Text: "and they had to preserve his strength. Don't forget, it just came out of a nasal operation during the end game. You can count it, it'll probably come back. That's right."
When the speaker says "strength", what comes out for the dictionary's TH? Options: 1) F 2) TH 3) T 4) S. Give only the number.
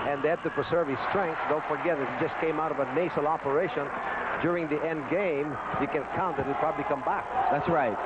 4